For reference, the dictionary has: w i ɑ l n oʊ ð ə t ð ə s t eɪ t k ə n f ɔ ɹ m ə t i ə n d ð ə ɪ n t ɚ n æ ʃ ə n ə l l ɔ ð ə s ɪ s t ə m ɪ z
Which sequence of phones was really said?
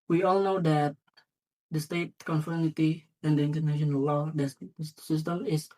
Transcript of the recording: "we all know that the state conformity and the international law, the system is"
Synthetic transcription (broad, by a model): w i ɑ l n oʊ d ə t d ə s t eɪ t k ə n f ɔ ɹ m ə t i ə n d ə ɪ n t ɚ n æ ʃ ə n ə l l ɔ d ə s ɪ s t ə m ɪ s